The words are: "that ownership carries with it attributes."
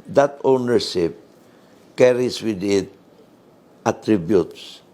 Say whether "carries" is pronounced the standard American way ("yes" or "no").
no